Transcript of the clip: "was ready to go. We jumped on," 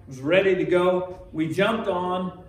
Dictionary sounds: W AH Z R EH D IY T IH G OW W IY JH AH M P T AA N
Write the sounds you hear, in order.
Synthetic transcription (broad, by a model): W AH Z R EH D IY T IH G OW W IY JH AH M P T N